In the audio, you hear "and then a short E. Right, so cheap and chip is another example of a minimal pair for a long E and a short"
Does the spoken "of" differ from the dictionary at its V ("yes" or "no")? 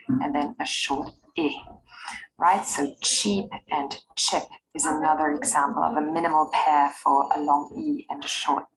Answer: no